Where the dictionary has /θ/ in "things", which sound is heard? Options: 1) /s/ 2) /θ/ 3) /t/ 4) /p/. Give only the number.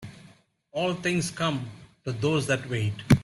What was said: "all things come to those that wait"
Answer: 3